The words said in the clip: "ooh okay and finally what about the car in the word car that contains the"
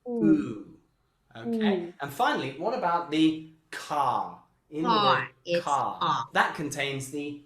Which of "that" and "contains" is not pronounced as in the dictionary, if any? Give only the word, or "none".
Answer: none